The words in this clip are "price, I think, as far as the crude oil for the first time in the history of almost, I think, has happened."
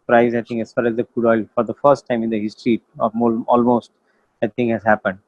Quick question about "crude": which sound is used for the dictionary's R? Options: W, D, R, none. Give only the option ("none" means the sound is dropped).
none